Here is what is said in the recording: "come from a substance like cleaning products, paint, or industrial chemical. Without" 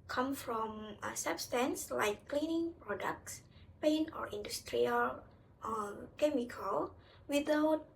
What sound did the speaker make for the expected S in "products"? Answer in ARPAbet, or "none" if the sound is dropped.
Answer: S